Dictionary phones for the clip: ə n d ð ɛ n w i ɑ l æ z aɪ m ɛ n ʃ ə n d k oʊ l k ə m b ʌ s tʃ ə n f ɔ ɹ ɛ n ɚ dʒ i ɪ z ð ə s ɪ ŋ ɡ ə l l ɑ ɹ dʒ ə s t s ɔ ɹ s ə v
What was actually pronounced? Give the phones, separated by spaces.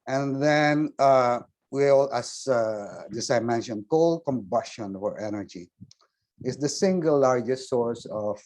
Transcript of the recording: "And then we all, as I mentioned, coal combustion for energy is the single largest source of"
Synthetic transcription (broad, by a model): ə n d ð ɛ n w i ɑ l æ s aɪ m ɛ n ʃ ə n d k oʊ l k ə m b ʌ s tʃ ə n f ɔ ɹ ɛ n ɚ dʒ i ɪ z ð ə s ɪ ŋ ɡ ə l l ɑ ɹ dʒ ə s t s ɔ ɹ s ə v